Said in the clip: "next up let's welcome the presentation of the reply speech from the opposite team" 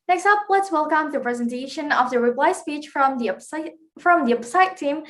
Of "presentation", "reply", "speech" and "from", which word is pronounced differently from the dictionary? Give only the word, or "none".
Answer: none